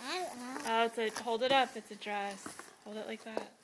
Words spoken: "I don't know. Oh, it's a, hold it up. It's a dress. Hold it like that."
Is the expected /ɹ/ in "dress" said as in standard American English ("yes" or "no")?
yes